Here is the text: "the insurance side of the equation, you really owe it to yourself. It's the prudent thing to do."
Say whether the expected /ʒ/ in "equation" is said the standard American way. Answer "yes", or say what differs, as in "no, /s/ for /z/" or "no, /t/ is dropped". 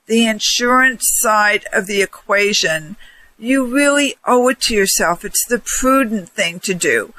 yes